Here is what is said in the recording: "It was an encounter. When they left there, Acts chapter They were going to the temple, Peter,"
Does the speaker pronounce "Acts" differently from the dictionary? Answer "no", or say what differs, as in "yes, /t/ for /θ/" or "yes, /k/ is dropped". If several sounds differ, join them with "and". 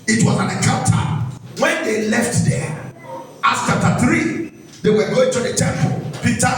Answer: yes, /k/ is dropped